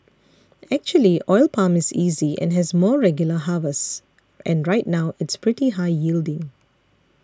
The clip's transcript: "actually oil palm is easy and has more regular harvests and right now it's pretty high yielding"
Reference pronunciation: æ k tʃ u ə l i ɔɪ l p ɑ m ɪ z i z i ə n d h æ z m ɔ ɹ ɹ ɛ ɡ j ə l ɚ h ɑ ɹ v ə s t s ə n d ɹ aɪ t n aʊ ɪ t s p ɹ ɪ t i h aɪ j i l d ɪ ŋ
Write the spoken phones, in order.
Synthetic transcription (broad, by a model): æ k tʃ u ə l i ɔɪ l p ɑ m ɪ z i z i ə n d h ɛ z m ɔ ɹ ɹ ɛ ɡ j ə l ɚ h ɑ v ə s t ə n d ɹ aɪ t n aʊ ɪ t s p ɹ ɪ t i h aɪ j i l d ɪ ŋ